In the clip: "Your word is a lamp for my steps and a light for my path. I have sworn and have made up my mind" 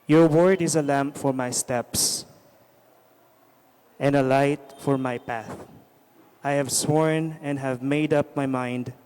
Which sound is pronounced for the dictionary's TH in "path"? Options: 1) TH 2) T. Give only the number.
1